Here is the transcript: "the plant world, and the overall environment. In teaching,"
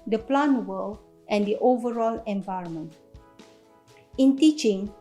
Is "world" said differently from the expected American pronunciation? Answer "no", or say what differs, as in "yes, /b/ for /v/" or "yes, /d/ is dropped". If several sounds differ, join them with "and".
yes, /d/ is dropped